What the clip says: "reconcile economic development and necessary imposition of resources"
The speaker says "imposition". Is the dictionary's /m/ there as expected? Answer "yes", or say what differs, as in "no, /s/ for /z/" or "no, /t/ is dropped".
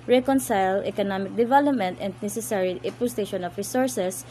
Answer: no, /m/ is dropped